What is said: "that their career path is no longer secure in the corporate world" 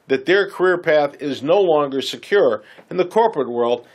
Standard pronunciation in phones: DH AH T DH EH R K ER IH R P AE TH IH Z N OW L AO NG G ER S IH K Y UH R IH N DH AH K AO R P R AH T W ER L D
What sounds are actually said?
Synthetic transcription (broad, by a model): DH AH T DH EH R K ER IH R P AE TH IH Z N OW L AO NG G ER S IH K Y UH R IH N DH AH K AO R P R AH T W ER L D